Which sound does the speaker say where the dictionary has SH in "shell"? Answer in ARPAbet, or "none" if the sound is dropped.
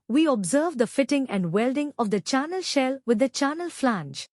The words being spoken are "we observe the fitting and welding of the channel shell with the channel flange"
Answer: SH